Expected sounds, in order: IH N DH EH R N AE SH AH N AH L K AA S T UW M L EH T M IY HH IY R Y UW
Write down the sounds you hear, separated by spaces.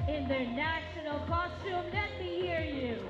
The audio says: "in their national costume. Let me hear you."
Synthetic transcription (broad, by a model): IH N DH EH R N AE SH AH N AH L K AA S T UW M N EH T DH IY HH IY R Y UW